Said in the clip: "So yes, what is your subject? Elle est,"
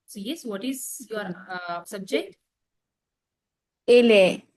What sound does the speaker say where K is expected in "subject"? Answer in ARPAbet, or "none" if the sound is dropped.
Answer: K